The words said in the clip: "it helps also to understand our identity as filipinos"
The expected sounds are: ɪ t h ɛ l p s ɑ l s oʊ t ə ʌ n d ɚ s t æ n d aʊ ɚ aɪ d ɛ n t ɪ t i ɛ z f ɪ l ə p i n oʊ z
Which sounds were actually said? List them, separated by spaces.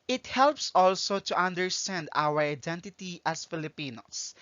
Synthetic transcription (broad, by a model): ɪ t h ɛ l p s ɑ l s oʊ t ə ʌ n d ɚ s t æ n d aʊ ɚ aɪ d ɛ n t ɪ t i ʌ s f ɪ l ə p i n oʊ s